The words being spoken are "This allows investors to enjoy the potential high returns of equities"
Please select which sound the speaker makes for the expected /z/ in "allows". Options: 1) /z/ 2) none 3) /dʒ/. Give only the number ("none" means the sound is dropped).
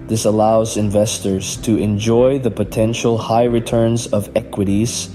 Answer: 1